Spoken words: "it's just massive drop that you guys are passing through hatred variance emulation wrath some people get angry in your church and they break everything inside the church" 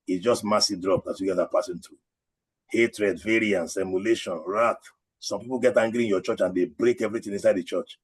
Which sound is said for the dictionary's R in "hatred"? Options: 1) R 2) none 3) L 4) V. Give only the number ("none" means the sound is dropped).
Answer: 1